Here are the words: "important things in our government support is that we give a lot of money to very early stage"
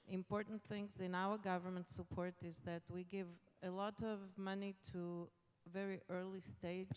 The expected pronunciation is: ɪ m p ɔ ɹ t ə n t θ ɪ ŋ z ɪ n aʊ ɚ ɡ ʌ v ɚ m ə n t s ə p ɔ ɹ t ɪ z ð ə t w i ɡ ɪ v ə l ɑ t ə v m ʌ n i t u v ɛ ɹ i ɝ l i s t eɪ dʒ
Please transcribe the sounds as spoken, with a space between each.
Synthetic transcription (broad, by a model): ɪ m p ɔ ɹ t n t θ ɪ ŋ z ɪ n aʊ ɚ ɡ ʌ v ɚ m ə n t s ə p ɔ ɹ t ɪ z ð ə t w i ɡ ɪ v ə l ɑ t ə v m ʌ n i t u v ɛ ɹ i ɝ l i s t eɪ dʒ